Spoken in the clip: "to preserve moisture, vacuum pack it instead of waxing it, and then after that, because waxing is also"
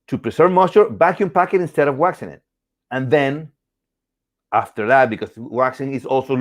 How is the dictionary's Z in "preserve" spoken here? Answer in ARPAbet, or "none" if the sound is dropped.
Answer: S